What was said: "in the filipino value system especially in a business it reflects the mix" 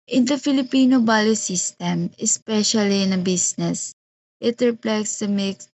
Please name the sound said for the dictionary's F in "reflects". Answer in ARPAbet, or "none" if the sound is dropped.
P